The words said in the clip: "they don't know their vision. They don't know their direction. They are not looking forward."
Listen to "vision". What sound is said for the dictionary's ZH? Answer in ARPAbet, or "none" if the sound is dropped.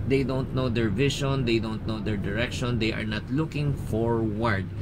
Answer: SH